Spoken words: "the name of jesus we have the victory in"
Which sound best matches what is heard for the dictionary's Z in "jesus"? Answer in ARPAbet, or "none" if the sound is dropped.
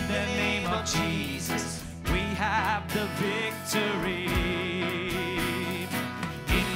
Z